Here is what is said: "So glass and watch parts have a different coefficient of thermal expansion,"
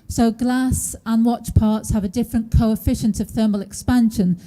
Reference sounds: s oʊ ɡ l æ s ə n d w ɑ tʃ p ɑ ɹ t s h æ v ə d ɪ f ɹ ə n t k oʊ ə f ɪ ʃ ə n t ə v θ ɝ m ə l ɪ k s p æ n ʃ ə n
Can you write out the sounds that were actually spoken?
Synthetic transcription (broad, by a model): s oʊ ɡ l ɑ s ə n w ɑ tʃ p ɑ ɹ t s h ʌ v ə d ɪ f ɹ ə n k oʊ ə f ɪ ʃ ə n t ə v θ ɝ m ə l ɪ k s p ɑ n ʃ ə n